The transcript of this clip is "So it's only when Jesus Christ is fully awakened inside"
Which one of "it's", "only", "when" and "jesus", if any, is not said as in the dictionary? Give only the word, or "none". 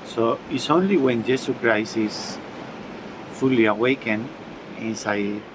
jesus